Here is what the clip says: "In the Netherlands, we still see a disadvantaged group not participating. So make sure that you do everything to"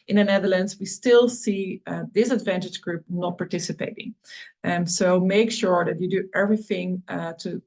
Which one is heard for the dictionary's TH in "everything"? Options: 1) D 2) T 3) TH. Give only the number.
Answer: 3